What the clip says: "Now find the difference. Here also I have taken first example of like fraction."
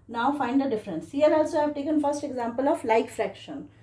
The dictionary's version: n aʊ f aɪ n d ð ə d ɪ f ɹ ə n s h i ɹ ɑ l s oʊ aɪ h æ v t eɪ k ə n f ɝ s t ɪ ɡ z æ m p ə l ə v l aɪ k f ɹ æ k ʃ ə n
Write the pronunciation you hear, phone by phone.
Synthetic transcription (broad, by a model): n aʊ f aɪ n d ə d ɪ f ɹ ə n s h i l ɑ l s oʊ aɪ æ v t eɪ k ə n f ɝ s t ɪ ɡ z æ m p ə l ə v l aɪ k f ɹ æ k ʃ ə n